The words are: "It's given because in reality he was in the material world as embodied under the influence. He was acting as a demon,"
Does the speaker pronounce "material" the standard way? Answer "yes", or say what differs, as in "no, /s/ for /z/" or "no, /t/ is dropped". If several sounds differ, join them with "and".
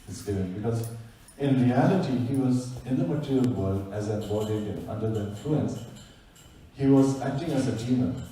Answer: yes